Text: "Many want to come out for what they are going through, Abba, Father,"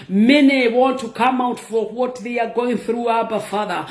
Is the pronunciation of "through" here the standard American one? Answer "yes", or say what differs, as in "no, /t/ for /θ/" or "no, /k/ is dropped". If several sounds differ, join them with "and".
yes